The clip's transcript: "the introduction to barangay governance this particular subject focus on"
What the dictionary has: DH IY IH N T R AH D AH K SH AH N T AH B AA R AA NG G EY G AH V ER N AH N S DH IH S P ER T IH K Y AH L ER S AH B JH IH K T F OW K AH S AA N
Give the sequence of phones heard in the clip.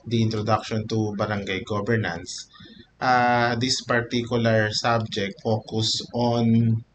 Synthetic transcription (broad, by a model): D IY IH N T R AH D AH K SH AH N T AH B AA R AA NG G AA G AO B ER N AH N S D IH S P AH T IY K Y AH L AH S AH B JH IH K T F OW K AH S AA N